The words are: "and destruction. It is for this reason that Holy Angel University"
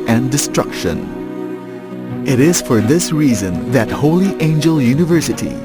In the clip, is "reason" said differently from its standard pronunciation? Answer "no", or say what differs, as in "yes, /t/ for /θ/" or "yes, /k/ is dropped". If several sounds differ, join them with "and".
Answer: no